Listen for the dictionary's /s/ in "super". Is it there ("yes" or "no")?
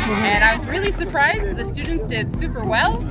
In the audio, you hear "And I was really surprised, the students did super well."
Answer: yes